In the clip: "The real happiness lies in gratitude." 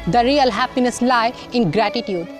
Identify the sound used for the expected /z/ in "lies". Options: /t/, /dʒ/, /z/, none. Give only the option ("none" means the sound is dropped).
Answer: none